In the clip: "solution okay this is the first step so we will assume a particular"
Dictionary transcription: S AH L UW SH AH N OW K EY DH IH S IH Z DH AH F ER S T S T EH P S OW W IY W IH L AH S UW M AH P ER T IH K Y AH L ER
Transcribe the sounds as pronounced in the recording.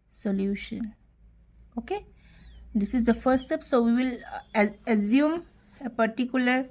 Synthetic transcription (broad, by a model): S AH L UW SH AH N OW K EY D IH S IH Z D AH F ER T S T EH P S OW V IY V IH L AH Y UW M AH P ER T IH K Y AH L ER